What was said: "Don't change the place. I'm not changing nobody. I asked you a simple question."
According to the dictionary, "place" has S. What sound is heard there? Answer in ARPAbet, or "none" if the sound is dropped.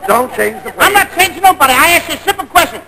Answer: none